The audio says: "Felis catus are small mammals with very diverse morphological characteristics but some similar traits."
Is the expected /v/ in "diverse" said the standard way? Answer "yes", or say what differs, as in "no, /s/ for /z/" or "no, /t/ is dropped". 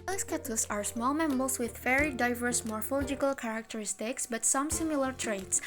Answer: yes